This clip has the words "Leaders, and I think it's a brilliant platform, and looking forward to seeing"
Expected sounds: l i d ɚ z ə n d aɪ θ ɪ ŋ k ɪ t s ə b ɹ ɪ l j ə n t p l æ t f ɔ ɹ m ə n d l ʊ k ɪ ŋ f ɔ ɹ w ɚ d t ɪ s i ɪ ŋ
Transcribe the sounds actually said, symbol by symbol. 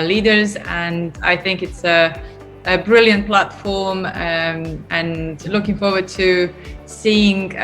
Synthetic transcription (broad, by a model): l i d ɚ z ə n aɪ θ ɪ ŋ k ɪ t s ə b ɹ ɪ l j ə n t p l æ t f ɔ ɹ m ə n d l ʊ k ɪ ŋ f ɔ ɹ w ɚ d t ɪ s i ɪ ŋ